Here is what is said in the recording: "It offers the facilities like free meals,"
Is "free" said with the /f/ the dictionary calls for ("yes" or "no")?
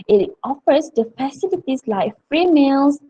yes